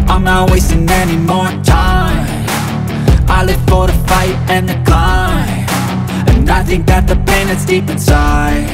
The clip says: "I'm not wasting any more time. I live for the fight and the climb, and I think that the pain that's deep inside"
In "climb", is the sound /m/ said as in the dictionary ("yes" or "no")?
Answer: no